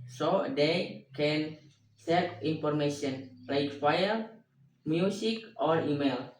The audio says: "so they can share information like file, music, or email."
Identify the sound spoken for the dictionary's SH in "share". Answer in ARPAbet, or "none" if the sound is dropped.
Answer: S